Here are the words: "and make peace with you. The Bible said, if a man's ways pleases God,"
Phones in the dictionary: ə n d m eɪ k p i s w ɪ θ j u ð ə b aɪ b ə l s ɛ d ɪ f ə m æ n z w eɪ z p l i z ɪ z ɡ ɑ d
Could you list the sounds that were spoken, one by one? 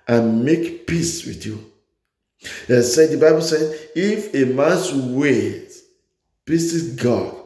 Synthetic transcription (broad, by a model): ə n m eɪ k p i s w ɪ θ j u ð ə b aɪ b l s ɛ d ɪ f ə m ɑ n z w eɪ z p i s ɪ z ɡ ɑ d